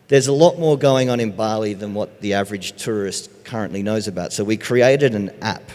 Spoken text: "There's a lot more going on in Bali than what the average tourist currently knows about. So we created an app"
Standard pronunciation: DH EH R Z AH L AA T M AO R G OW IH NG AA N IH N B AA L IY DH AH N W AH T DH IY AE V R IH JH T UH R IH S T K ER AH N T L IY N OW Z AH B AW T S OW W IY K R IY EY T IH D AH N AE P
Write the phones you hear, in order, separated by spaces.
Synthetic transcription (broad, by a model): DH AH R Z AH L AA T M AO R G OW IH NG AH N IH N B AA L IY DH AH N W AH T DH IY AE V R IH JH T UH R IH S T K ER AH N T L IY N OW Z AH B AW T S OW W IY K R IY EY T IH D AH N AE P